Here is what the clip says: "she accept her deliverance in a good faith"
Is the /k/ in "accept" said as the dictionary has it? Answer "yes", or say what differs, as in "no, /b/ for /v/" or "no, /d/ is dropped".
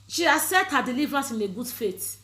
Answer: no, /k/ is dropped